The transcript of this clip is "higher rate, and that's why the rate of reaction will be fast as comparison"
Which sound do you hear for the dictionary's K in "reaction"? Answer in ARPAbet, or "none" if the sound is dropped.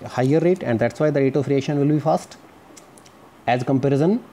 none